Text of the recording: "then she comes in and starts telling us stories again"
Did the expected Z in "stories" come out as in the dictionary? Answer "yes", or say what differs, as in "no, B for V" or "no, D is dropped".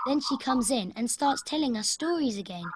yes